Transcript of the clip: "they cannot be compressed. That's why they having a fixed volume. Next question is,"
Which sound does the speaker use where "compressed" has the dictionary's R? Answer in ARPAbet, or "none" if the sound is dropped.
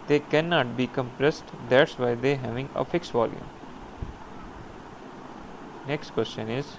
R